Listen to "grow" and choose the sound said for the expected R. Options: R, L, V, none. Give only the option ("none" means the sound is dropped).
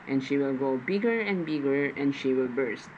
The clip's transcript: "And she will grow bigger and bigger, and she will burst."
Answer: none